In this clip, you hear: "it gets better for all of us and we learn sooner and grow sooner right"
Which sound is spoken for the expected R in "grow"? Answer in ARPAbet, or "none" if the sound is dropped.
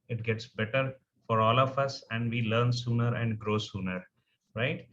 R